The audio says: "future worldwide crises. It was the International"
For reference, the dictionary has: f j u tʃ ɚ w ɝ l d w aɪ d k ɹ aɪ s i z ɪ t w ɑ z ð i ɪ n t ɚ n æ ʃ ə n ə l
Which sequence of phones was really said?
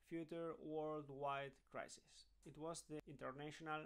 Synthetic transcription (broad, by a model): f j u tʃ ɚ w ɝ l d w aɪ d k ɹ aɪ s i s ɪ t w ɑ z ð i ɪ n t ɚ n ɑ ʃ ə n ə l